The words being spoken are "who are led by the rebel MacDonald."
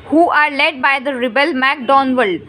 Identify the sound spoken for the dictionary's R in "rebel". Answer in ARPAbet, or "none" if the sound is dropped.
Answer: R